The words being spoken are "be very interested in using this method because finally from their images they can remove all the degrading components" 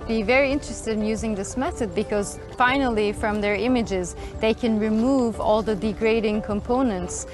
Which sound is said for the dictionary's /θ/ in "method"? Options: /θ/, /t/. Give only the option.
/θ/